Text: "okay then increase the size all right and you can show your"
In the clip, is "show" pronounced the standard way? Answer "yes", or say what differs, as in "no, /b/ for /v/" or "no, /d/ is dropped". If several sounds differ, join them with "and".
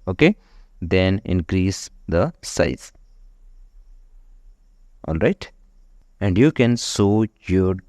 no, /s/ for /ʃ/